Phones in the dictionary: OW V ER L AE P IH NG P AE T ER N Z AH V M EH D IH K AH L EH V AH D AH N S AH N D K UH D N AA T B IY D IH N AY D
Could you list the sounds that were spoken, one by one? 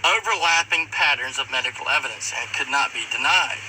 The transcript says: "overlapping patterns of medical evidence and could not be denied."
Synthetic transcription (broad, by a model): OW V ER L AE P IH NG P AE T ER N Z AH V M EH D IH K L EH V AH D AH N S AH K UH D N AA T B IY D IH N AY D